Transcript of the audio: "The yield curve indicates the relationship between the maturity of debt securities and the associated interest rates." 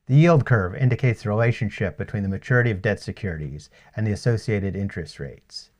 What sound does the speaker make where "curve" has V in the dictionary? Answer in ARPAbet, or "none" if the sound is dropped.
V